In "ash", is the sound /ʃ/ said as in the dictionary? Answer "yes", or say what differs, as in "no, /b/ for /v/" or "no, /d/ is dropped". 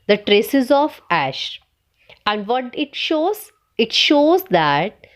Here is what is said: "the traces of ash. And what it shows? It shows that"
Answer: yes